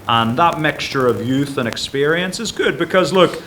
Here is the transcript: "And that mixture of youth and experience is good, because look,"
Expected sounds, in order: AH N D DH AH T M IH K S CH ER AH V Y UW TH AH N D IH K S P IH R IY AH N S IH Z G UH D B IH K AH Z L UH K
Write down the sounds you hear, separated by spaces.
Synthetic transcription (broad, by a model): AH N DH AH T M IH K S CH ER AH V Y UW TH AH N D IH K S P IH R IY AH N S IH Z G UH D B IH K AH Z L UH K